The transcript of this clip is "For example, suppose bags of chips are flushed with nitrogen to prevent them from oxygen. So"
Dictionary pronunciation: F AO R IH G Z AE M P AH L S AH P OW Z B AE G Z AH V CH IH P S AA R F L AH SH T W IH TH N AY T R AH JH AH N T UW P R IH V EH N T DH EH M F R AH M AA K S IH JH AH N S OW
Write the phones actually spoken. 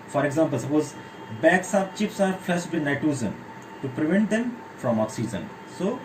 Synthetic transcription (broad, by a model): F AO R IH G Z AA M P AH L S AH P OW Z B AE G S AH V CH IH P S AA R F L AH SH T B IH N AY T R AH Z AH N T UW P R IH V EH N T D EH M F R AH M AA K S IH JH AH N S OW